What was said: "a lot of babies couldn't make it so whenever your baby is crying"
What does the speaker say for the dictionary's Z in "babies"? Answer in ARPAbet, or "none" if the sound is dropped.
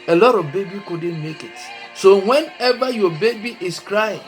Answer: none